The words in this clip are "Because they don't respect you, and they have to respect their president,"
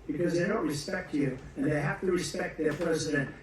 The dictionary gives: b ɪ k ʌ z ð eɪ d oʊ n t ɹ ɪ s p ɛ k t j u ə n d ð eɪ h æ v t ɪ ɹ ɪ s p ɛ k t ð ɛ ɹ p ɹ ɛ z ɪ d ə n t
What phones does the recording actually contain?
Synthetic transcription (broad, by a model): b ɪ k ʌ z ð eɪ d oʊ n t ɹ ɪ s p ɛ k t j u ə n ð eɪ h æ f t ɪ ɹ ɪ s p ɛ k t ð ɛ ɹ p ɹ ɛ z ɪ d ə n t